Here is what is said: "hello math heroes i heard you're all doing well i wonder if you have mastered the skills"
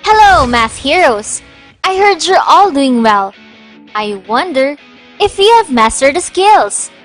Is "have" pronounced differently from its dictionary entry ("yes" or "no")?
no